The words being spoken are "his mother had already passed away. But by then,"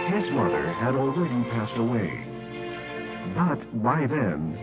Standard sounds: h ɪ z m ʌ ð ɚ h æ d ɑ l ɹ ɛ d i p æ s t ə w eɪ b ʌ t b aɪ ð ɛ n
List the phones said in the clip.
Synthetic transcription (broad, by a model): h ɪ z m ʌ ð ɚ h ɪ d l ɹ ɛ d i p æ s t ə w eɪ b ʌ t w aɪ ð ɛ n